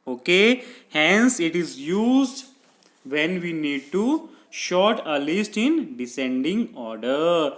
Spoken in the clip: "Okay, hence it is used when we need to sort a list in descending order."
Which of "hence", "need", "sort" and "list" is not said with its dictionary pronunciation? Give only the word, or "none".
sort